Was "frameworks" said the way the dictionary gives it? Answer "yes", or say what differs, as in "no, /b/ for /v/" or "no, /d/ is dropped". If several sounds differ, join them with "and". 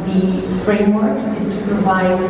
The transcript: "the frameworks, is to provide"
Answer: no, /s/ is dropped